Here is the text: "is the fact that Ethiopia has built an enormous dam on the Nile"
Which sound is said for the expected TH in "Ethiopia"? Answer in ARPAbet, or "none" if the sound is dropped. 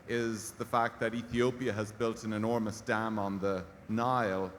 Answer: TH